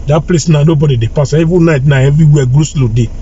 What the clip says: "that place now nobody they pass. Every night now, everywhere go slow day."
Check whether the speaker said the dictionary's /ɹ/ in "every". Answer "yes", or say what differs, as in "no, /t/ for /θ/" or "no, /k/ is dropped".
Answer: no, /ɹ/ is dropped